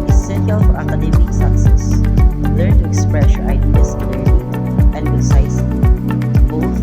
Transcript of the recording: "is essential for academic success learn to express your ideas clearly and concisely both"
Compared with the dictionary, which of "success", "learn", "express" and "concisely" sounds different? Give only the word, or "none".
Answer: concisely